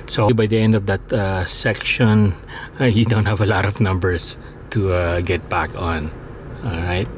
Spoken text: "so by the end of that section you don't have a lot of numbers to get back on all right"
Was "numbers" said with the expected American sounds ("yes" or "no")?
no